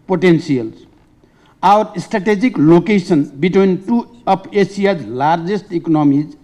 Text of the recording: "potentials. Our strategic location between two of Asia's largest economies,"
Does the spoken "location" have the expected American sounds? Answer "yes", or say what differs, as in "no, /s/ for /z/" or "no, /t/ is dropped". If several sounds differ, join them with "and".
no, /s/ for /ʃ/